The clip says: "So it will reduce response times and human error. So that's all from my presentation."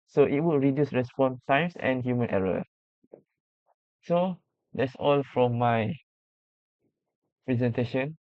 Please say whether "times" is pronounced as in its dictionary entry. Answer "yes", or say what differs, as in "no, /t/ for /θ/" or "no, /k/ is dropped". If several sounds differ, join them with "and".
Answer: no, /s/ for /z/